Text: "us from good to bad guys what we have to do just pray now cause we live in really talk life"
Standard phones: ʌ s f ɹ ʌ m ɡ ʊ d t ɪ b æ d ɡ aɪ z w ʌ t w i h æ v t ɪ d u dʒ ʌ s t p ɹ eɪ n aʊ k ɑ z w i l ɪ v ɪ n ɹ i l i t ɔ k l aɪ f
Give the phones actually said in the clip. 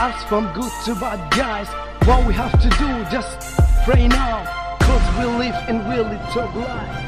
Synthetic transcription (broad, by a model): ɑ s f ɹ ʌ m ɡ ʊ d t ɪ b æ d ɡ aɪ z w ʌ t w i h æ f t ɪ d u dʒ ʌ s t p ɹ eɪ n aʊ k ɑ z w i l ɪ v ɪ n w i l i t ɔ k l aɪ